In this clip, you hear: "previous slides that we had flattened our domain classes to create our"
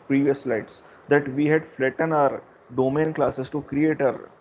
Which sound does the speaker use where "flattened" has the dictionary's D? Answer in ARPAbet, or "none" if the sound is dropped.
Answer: none